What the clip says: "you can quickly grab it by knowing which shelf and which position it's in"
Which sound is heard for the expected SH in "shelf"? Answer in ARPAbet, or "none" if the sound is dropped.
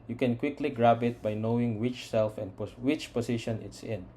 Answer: S